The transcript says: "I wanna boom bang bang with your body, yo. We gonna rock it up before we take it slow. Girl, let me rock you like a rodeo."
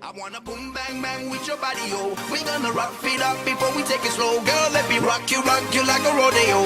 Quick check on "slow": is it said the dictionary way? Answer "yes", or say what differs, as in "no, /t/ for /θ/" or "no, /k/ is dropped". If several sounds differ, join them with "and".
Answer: yes